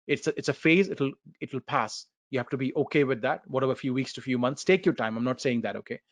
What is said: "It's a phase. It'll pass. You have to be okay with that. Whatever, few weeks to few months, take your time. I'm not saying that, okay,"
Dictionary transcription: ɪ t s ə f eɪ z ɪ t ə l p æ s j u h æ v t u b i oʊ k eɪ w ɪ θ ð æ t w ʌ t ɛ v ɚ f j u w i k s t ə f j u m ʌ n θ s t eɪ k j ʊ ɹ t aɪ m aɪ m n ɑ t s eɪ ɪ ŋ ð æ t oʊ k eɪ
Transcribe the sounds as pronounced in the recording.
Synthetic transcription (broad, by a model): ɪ t s ə f eɪ z ɪ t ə l p æ s j u h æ f t u b i oʊ k eɪ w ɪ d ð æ t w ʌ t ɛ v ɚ f j u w i k s t ə f j u m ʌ n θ s t eɪ k j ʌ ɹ t aɪ m aɪ m n ɑ t s eɪ ɪ ŋ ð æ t oʊ k eɪ